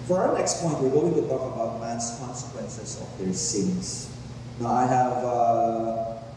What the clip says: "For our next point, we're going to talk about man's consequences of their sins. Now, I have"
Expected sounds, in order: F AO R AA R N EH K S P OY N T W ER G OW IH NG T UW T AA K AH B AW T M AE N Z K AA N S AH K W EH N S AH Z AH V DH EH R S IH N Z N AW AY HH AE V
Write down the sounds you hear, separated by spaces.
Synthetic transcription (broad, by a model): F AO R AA N EH K S P OY N T W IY G OW IH NG T UW T AA K AH B AW T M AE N S K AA N S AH K W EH N S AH S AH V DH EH R S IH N S N AW AY HH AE V